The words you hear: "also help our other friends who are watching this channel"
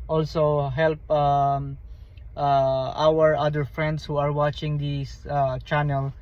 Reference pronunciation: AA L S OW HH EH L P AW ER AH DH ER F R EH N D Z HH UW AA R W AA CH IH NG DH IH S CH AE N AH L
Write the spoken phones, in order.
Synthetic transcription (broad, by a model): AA L S OW HH EH L P AW ER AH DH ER F R EH N D S HH UW AA R W AA CH IH NG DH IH S CH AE N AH L